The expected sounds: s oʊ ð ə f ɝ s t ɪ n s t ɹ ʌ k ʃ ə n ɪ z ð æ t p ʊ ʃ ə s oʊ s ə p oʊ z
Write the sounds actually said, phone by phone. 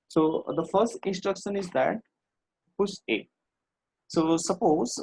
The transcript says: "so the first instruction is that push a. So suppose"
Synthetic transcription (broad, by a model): s oʊ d ə f ɝ s t ɪ n s t ɹ ʌ k ʃ ə n ɪ z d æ t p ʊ s ə s oʊ s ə p oʊ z